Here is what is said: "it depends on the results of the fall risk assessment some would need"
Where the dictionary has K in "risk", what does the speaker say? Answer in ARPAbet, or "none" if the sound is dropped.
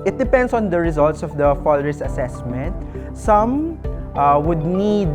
none